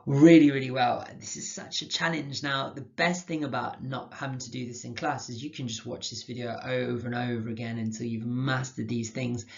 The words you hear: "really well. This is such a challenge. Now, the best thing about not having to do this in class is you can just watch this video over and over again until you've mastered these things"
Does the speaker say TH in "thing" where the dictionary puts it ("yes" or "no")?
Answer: yes